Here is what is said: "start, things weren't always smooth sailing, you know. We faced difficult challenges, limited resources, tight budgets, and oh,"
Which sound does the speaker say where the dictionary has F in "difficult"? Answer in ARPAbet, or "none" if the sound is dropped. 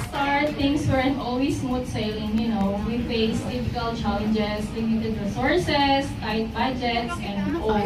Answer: P